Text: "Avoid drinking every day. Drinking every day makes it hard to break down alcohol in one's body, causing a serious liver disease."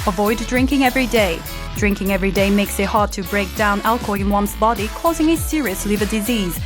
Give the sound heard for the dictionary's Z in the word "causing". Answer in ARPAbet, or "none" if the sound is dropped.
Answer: Z